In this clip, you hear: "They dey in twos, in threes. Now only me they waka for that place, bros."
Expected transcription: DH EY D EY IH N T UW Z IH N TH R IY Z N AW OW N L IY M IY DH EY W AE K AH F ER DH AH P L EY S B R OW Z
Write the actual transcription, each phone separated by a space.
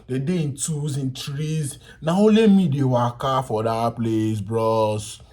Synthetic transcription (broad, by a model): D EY D EY IH N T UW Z IH N T R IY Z N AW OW L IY M IY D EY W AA K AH F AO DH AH P L EY S B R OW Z